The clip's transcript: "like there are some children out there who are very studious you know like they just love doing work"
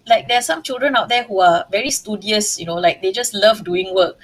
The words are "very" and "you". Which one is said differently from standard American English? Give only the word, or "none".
none